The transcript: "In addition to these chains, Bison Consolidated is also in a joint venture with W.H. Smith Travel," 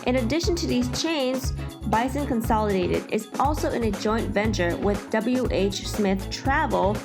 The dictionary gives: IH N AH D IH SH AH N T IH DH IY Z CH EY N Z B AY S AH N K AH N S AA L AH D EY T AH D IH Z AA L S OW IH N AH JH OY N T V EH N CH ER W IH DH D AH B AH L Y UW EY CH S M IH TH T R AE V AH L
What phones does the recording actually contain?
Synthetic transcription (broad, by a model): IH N AH D IH SH AH N T IH DH IY Z CH EY N Z B AY S AH N K AH N S AA L AH D EY T AH D IH Z AA L S OW IH N AH JH OY N T V EH N CH ER W IH DH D AH B L Y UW EY CH S M IH TH T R AE V L